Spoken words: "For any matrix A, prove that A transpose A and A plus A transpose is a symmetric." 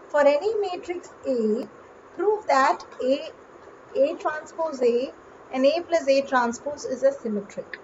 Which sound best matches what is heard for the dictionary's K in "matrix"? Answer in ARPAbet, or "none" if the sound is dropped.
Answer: K